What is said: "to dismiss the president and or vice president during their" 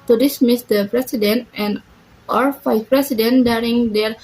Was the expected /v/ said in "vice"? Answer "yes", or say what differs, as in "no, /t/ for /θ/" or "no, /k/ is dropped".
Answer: no, /f/ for /v/